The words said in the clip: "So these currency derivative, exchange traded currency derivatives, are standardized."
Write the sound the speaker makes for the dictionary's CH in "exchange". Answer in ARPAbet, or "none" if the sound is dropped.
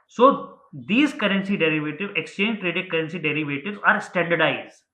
CH